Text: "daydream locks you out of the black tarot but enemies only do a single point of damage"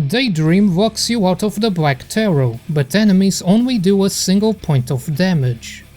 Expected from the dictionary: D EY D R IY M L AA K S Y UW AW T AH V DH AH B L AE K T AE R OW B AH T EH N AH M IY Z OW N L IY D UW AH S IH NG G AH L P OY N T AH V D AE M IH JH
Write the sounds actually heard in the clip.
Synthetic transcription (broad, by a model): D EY D R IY M W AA K S Y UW AW T AH V DH AH B L AE K T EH R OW B AH T EH N AH M IY Z OW N L IY D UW AH S IH NG G AH L P OY N T AH V D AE M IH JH